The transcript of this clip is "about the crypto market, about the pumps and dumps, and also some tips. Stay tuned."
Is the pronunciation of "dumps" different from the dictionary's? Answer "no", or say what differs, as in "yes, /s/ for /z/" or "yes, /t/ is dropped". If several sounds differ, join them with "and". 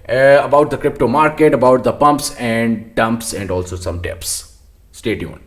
no